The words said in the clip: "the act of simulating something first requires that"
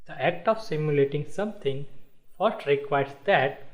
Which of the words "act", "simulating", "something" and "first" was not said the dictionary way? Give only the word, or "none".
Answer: something